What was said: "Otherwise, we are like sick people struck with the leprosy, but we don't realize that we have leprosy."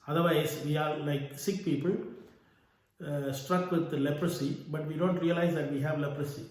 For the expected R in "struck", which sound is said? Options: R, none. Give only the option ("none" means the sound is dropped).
R